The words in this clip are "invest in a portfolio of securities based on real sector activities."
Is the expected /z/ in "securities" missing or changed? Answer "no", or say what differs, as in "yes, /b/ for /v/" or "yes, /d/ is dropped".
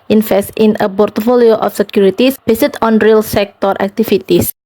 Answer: yes, /s/ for /z/